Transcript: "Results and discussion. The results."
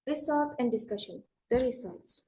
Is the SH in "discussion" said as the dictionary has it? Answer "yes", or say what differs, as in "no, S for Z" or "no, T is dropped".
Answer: yes